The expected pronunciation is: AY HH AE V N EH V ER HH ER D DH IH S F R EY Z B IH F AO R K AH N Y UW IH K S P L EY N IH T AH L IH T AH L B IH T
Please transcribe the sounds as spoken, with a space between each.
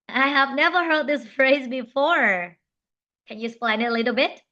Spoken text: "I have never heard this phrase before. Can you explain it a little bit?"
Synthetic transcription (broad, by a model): AY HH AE V N EH V ER HH ER D DH IH S F R EY Z B IH F AO R K AH N Y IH S P L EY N IH T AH L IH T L B IH T